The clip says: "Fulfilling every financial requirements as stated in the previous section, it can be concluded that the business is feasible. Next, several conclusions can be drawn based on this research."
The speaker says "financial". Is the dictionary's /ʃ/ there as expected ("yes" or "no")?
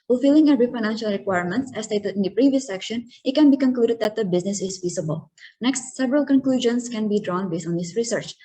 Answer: yes